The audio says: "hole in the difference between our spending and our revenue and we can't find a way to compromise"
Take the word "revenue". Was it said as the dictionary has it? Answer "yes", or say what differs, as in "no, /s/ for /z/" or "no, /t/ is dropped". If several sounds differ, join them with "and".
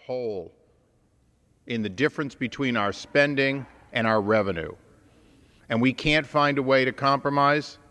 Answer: yes